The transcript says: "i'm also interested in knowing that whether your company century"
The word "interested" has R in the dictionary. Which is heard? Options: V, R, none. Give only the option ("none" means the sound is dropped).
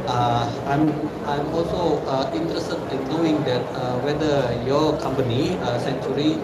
R